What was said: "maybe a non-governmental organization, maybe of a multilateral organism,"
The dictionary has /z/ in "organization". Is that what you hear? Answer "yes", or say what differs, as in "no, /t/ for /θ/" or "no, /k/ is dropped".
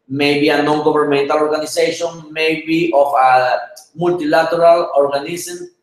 no, /s/ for /z/